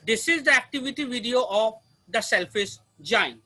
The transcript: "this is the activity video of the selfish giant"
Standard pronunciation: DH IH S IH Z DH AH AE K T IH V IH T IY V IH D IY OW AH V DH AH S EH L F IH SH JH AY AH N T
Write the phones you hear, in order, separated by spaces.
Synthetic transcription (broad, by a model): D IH S IH Z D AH AE K T IH V IH T IY V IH D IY OW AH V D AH S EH L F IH S JH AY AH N